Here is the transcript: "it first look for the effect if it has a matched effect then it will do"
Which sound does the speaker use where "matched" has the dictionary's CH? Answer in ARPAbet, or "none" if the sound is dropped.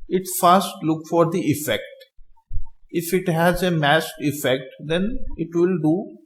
S